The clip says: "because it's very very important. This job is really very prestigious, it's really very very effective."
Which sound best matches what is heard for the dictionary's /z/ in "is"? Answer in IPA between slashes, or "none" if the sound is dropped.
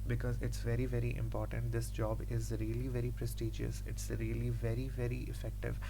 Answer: /z/